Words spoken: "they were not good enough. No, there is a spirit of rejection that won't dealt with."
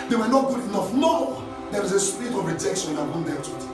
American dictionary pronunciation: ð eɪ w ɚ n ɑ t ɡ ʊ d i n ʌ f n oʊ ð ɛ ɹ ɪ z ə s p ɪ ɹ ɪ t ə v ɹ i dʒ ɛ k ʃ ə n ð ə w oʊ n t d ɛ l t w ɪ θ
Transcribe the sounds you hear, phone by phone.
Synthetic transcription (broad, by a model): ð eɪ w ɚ n ɑ t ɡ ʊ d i n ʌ f n oʊ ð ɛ w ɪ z ə s p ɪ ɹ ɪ t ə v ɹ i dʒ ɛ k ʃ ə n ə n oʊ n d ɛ t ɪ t